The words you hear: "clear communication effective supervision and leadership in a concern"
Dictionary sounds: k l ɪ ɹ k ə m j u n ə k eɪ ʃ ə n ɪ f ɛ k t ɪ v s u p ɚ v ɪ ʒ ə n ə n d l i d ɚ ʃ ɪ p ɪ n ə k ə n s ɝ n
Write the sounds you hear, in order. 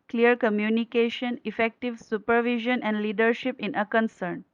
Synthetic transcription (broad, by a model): k l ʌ ɹ k ə m j u n ə k eɪ ʃ ə n ɪ f ɛ k t ɪ v s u p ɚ v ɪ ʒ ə n ə n d l i d ɚ ʃ ɪ p ɪ n ə k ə n s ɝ n